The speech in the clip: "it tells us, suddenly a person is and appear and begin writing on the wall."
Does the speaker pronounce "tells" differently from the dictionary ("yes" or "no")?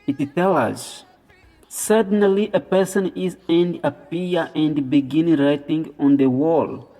yes